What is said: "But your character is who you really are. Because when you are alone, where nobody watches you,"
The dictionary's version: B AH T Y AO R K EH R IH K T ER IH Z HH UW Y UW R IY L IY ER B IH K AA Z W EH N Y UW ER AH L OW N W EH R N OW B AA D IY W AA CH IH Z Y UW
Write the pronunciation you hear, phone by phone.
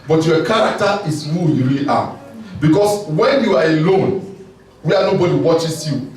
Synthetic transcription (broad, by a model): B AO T Y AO K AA R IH K T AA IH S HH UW Y UW R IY L IY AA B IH K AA S W EH N Y UW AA AH L OW N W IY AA N OW B AA D IY W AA CH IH S Y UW